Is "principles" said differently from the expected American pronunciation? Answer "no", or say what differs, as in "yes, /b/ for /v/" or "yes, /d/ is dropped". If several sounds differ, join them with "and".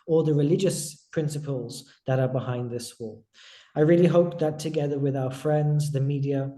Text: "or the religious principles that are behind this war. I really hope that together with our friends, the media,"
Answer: no